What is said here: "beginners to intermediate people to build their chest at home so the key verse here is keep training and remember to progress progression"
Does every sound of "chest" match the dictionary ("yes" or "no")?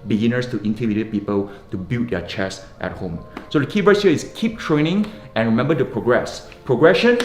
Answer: yes